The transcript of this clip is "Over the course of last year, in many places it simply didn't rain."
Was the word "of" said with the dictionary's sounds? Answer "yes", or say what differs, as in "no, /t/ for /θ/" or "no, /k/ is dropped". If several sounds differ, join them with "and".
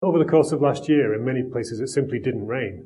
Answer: yes